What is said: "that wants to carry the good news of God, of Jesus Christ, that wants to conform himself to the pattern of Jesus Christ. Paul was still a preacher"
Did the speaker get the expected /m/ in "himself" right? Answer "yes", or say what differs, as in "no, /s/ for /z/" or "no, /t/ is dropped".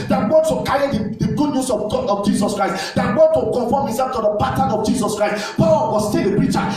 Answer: no, /m/ is dropped